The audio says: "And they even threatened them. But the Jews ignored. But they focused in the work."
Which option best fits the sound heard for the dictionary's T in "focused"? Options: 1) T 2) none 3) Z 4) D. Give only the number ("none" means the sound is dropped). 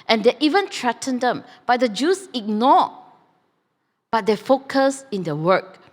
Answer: 2